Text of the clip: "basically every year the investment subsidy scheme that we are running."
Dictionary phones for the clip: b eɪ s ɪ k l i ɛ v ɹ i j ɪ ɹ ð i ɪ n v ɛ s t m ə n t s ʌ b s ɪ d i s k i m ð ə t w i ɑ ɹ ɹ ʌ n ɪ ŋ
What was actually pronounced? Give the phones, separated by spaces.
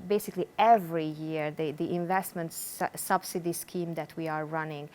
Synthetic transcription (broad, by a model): b eɪ s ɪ k l i ɛ v ɹ i j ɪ ɹ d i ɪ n v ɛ s t m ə n t s ʌ b s ɪ d i s k i m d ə t w i ɑ ɹ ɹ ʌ n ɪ ŋ